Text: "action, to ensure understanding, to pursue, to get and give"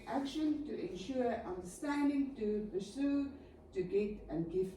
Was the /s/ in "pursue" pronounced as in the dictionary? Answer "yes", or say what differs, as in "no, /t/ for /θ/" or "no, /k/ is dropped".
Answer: yes